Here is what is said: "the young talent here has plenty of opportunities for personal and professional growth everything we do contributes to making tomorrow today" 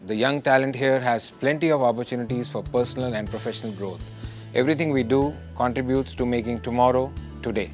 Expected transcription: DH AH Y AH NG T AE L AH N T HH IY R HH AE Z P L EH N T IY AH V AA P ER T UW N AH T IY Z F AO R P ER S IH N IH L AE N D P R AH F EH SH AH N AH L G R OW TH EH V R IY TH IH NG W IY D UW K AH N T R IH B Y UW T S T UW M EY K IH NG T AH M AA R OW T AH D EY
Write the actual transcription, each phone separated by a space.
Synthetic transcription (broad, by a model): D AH Y AH NG T AE L AH N T HH IY R HH AE Z P L EH N T IY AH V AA P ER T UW N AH T IY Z F AO R P ER S IH N IH L AE N D P R AH F EH SH AH N AH L G R OW T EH V R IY T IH NG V IY D UW K AH N T R IH B Y UW T S T UW M EY K IH NG T AH M AA R OW T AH D EY